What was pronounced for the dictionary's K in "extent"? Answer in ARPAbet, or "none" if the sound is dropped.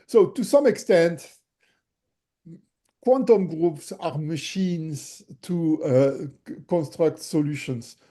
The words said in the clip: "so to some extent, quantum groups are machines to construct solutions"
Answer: K